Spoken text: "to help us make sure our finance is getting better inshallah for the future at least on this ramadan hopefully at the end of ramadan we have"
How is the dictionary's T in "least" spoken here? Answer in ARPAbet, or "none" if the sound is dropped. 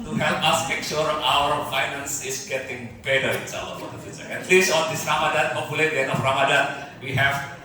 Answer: none